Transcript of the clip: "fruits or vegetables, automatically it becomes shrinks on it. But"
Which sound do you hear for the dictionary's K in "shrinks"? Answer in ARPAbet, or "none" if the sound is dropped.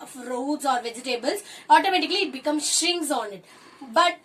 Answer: none